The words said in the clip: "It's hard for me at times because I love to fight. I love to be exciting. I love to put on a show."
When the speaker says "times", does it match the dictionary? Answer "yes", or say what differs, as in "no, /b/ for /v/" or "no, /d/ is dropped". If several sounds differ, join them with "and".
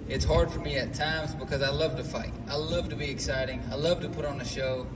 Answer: yes